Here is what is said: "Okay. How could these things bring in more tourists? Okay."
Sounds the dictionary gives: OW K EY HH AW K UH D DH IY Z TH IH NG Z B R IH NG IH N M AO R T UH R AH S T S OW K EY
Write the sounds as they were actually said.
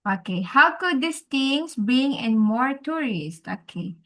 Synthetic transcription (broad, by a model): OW K EY HH AW K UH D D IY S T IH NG S B IY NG IH N M AO R T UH R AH S T OW K EY